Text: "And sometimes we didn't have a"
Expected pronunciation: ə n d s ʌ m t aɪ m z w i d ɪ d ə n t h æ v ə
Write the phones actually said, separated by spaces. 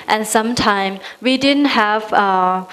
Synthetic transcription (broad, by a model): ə n s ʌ m t aɪ m w i d ɪ d ə n t h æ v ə